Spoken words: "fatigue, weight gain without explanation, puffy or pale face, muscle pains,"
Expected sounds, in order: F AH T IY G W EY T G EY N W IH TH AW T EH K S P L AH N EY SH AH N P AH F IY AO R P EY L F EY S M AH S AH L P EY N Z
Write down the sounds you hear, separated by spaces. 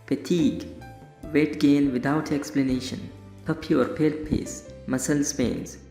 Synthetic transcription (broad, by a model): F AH T IY G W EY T G EY N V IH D AW T EH K S P L AH N EY SH AH N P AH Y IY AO R P EY L P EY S M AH S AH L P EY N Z